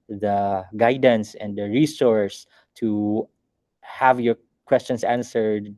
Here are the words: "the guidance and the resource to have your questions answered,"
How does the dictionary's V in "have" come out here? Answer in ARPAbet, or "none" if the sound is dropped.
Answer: V